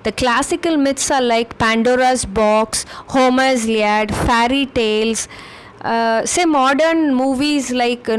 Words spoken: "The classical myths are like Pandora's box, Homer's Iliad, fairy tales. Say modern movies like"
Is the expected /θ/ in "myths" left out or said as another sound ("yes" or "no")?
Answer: yes